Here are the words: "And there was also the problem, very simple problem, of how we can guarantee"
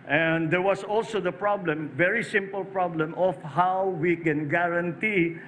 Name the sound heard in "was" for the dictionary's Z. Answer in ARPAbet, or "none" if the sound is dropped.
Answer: S